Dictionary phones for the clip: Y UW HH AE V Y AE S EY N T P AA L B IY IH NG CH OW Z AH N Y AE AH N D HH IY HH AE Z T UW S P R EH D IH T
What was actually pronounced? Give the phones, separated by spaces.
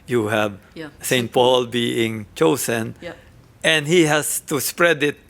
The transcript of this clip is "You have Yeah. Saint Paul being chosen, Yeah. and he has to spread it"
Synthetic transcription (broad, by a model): Y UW HH AE V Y S EY N T P AA L B IY IH NG CH OW S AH N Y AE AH N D HH IY HH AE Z T UW S P R EH D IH T